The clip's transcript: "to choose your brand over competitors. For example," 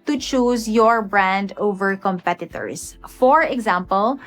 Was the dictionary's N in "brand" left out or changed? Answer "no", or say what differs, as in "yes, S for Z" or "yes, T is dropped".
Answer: no